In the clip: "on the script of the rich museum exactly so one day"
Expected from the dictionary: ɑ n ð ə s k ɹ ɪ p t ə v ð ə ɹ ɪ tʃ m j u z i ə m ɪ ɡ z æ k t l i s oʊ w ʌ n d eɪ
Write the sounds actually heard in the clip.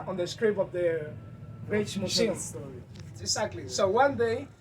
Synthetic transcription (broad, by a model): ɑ n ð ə s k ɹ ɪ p ə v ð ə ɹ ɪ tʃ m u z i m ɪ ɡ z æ k t l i s oʊ w ʌ n d eɪ